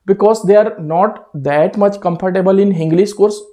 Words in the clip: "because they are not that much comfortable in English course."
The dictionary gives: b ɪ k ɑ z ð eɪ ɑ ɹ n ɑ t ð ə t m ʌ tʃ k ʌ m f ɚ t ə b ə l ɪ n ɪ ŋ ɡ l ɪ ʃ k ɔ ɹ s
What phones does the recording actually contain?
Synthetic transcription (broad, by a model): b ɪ k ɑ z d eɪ ɑ ɹ n ɑ t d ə t m ʌ tʃ k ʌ m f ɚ t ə b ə l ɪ n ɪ ŋ ɡ l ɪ s k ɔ ɹ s